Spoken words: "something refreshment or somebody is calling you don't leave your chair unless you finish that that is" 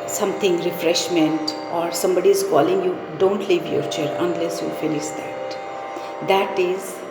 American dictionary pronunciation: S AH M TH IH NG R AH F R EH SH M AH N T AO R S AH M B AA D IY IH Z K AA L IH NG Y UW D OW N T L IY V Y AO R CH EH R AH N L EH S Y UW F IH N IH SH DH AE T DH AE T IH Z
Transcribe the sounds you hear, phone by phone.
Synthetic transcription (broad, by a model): S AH M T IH NG R AH F R EH SH M AH N T AO R S AH M B AA D IY IH Z K AA L IH NG Y UW D OW N T L IY V Y AO R CH EH R AH N L EH S Y UW F IH N IH SH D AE T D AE T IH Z